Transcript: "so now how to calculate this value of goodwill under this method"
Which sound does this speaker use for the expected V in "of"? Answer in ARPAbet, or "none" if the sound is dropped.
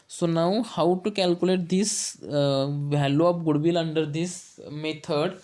P